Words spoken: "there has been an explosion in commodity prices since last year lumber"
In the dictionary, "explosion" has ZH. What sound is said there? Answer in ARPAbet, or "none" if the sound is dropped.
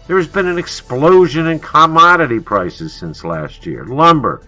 ZH